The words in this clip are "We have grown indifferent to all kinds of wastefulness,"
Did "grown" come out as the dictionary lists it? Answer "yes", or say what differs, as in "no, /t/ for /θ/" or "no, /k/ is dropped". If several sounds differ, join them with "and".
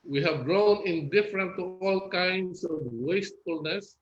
yes